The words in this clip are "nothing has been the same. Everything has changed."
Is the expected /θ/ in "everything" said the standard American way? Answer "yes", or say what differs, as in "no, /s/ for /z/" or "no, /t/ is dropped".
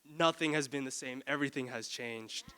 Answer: yes